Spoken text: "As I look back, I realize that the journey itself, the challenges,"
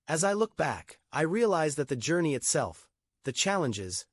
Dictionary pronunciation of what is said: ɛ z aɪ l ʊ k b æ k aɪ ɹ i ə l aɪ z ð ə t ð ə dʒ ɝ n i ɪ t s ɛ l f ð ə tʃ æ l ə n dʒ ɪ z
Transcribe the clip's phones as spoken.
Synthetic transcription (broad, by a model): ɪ z aɪ l ʊ k b æ k aɪ ɹ i ə l aɪ z ð ə t ð ə dʒ ɝ n i ɪ t s ɛ l f ð ə tʃ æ l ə n dʒ ɪ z